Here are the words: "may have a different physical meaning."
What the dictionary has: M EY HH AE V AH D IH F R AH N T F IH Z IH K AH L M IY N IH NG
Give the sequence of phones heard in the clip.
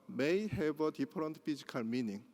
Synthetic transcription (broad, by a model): M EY HH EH B AH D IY P R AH N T P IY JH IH K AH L M IY N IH NG